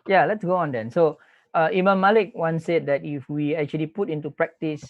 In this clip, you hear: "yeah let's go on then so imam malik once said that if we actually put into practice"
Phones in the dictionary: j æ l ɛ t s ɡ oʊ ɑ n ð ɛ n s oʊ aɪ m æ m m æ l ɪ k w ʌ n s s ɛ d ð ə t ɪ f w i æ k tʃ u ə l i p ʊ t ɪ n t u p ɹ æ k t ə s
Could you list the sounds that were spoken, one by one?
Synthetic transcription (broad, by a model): j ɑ l ɛ t s ɡ oʊ ɑ n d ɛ n s oʊ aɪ m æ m m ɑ l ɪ k w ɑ n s s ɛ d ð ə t ɪ f w i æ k tʃ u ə l i p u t ɪ n t u p ɹ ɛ k t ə s